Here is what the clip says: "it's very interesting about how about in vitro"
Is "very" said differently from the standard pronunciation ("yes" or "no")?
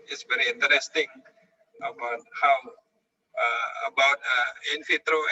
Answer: no